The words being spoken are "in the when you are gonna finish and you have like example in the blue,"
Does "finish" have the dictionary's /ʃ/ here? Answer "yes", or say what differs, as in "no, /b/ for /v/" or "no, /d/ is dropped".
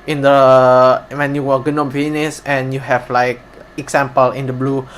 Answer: no, /s/ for /ʃ/